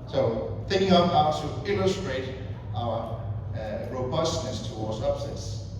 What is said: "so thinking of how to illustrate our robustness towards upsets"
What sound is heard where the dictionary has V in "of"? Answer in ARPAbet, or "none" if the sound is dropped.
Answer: P